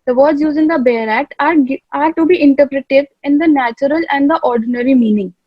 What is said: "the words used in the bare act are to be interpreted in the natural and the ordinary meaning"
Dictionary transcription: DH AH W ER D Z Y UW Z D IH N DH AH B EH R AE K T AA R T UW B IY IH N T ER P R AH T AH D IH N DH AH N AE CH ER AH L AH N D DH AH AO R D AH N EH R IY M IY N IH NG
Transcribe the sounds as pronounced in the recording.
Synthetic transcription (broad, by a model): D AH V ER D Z Y UW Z IH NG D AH B EH R AE K T AA R T UW B IY IH N T ER P R AH T AH D IH N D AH N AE CH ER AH L AH N D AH AO R D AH N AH R IY M IY N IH NG